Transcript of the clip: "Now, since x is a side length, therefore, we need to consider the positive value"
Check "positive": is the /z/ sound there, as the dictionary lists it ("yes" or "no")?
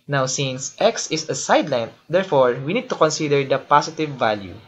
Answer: no